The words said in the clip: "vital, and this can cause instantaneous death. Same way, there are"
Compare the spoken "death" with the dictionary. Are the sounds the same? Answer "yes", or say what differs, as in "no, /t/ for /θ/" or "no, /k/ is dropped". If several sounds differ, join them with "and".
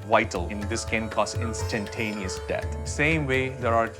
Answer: no, /t/ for /θ/